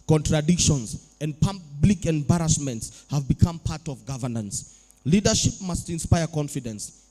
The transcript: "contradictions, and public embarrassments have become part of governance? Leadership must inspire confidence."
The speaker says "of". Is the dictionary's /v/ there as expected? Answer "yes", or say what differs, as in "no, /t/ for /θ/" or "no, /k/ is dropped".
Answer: yes